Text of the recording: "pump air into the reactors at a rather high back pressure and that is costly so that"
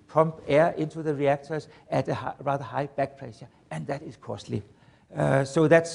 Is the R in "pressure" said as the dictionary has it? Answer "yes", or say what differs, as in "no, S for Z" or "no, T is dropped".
no, L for R